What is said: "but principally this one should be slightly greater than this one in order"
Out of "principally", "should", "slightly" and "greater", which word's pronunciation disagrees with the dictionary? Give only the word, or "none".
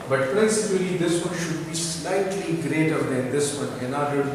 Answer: principally